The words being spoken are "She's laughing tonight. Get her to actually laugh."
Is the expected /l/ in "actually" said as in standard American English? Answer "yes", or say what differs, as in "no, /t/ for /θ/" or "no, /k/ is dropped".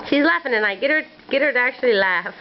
yes